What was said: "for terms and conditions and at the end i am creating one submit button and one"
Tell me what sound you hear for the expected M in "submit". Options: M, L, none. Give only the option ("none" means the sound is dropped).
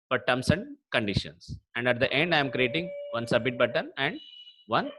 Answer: none